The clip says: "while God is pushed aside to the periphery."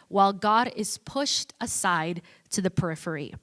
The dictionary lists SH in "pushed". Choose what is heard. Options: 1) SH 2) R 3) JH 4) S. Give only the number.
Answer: 1